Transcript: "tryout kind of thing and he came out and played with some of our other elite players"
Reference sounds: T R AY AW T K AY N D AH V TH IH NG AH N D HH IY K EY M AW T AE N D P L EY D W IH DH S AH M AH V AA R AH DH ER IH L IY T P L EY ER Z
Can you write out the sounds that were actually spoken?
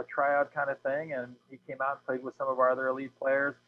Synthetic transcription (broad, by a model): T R AY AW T K AY N D AH V TH IH NG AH N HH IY K EY M AW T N P L EY D W IH DH S AH M AH V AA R AH DH ER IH L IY P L EY ER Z